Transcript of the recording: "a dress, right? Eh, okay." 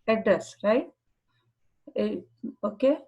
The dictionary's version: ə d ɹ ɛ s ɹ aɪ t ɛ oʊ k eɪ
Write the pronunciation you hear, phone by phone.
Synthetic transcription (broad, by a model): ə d ɛ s ɹ aɪ t ɛ oʊ k eɪ